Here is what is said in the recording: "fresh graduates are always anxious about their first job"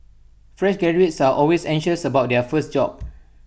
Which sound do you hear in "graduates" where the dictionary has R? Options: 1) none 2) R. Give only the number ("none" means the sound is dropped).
1